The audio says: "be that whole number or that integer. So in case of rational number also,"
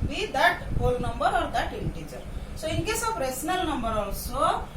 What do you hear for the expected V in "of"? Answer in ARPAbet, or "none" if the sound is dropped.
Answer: P